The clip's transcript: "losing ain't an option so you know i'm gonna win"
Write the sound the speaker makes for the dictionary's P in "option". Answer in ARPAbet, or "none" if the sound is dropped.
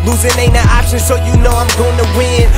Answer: none